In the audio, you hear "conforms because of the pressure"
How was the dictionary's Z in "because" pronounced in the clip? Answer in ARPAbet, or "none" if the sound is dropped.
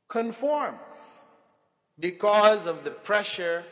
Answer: Z